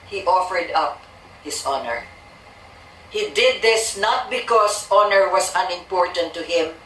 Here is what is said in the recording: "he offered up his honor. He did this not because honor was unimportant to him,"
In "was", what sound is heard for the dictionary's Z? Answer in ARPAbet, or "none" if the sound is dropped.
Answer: S